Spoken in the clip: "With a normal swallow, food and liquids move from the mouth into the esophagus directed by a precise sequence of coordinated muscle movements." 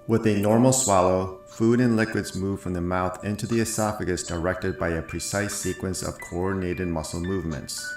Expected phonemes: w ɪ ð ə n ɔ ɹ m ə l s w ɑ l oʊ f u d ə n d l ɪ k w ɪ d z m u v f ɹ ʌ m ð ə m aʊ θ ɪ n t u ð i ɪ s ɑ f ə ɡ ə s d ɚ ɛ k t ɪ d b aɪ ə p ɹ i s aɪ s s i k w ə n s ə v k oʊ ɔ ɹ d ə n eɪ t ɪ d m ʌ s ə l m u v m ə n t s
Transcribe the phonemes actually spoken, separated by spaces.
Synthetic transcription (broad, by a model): w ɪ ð ə n ɔ ɹ m l s w ɑ l oʊ f u d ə n l ɪ k w ɪ d z m u v f ɹ ʌ m ð ə m aʊ θ ɪ n t u ð i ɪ s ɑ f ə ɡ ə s d ɚ ɛ k t ɪ d b aɪ ə p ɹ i s aɪ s s i k w ə n s ə v k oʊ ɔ ɹ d n eɪ t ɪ d m ʌ s l m u v m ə n t s